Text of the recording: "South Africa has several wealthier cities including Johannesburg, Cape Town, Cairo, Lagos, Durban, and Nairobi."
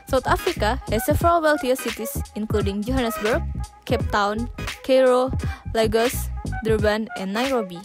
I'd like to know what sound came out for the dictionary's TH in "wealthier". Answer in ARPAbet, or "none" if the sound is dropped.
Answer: T